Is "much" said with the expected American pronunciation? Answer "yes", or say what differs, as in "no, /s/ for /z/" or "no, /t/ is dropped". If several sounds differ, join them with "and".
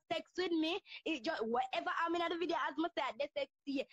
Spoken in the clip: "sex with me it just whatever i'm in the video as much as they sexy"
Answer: no, /s/ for /tʃ/